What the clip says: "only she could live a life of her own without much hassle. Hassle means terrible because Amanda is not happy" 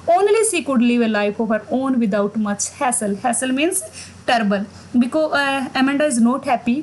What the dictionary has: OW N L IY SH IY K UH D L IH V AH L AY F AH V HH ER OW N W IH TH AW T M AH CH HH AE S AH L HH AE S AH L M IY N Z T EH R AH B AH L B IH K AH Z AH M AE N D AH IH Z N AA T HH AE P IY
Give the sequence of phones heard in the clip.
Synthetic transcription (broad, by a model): OW N L IY SH IY K UH D L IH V AH L AY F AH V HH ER OW N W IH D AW T M AH CH HH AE S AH L HH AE S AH L M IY N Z T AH R B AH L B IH K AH AH M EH N D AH IH Z N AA T HH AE P IY